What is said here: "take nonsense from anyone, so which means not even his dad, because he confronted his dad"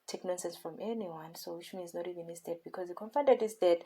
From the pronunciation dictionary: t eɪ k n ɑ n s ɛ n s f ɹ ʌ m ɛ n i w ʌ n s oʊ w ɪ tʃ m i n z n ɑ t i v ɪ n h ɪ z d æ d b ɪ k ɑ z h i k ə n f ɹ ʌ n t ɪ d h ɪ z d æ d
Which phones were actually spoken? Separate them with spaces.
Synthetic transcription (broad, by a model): t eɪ k n ɑ n s ɛ n s f ɹ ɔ m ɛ n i w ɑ n s oʊ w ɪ ʃ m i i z n ɑ t i v ɪ n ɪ s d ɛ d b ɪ k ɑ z h i k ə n f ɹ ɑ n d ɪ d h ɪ s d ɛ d